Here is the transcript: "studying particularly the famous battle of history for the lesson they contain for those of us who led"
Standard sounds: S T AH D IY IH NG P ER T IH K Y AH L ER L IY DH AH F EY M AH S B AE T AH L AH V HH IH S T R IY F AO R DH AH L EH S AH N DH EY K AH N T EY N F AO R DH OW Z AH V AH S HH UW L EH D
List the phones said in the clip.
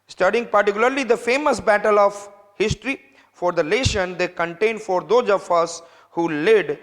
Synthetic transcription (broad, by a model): S T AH D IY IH NG P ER T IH K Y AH L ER L IY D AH F EY M AH S B AE T AH L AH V HH IH S T R IY F AO R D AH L EH SH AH N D EY K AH N T EY N F AO R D OW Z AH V AH S HH UW L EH D